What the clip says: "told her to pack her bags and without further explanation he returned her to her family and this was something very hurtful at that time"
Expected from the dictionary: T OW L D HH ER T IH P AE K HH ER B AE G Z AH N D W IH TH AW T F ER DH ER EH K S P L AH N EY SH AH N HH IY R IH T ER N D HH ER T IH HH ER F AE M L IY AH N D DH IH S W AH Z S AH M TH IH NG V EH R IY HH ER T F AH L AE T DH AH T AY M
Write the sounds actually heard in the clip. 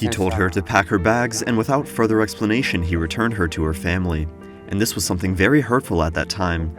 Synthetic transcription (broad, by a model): T OW L D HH ER T IH P AE K HH ER B AE G Z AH N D W IH TH AW T F ER DH ER EH K S P L AH N EY SH AH N IY R IH T ER N D HH ER T IH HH ER F AE M L IY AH N DH IH S W AH Z S AH M TH IH NG V EH R IY HH ER T F L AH T DH AH T AY M